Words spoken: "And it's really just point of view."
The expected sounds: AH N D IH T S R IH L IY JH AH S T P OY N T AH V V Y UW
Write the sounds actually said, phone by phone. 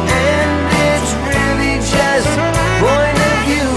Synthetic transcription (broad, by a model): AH N IH T S R IH L IY JH AH S T B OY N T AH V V Y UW